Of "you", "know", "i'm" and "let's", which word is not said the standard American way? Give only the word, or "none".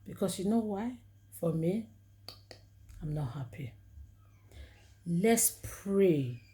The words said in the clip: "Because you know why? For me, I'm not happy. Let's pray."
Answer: none